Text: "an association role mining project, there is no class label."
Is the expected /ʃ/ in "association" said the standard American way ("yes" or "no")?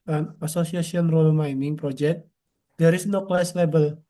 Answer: no